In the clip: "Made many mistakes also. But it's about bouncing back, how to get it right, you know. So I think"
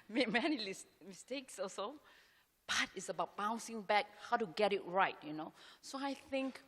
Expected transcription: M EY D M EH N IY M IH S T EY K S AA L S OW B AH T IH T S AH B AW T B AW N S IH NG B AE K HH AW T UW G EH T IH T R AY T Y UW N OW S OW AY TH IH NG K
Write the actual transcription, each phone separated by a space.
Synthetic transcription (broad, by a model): M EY M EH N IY M IH S T EY K S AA S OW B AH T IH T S AH B AW T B AW N S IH NG B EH K HH AW T UW G EH T IH T R AY T Y UW N OW S OW AY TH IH NG K